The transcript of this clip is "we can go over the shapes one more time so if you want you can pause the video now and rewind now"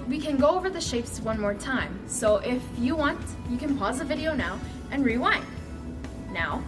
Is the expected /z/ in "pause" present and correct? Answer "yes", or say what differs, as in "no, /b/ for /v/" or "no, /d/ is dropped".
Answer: yes